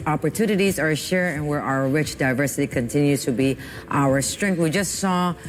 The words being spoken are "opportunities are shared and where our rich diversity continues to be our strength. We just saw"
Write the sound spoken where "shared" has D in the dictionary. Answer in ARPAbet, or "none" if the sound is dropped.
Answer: none